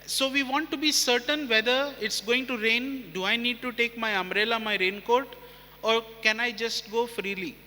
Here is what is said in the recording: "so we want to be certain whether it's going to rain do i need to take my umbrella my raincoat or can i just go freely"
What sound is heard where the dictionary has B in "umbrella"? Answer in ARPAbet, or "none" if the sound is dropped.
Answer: none